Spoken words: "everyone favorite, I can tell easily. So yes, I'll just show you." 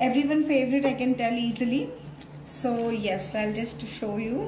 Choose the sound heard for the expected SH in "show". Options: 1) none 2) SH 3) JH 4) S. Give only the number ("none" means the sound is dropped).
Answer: 2